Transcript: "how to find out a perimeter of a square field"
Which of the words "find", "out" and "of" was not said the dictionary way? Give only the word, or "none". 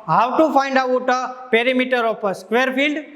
of